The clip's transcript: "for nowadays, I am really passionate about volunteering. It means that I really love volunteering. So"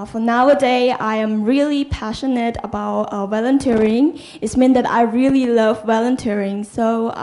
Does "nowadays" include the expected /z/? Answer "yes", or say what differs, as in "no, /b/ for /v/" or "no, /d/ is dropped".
no, /z/ is dropped